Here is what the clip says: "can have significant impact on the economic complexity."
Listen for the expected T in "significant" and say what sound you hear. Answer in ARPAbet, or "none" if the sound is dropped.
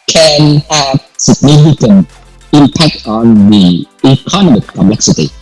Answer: none